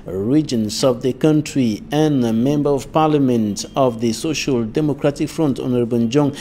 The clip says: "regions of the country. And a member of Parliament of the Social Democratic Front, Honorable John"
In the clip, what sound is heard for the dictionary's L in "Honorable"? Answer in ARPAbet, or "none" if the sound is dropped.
N